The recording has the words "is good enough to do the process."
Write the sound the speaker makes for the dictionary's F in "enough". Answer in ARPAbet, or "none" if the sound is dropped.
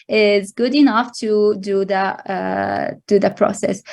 F